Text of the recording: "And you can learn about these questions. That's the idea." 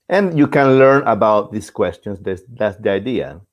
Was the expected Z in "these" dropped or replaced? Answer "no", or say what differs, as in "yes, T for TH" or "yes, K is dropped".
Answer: yes, S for Z